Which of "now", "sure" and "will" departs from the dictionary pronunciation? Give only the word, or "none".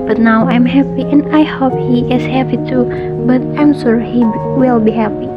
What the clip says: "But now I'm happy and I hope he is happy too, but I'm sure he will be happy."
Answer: sure